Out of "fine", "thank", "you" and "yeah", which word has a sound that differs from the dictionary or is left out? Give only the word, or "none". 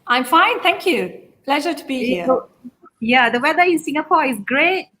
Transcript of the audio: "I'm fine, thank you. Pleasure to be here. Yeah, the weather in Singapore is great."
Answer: thank